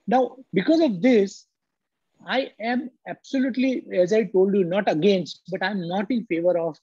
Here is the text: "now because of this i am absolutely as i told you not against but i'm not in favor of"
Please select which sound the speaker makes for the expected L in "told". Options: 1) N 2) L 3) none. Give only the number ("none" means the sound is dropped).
2